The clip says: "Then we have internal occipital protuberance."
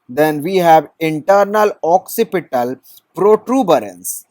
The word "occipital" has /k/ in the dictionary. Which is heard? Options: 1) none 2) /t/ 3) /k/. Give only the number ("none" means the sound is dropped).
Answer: 3